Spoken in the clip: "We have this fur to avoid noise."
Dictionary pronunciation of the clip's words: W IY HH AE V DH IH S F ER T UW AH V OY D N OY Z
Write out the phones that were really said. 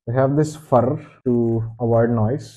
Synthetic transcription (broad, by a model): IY HH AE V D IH S F ER T UW AH V OY D N OY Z